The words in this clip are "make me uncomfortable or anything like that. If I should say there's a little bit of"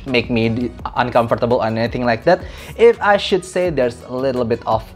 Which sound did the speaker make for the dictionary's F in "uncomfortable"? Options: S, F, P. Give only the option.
F